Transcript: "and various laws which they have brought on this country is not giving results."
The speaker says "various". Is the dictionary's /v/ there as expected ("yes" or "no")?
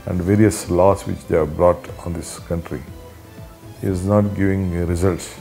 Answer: yes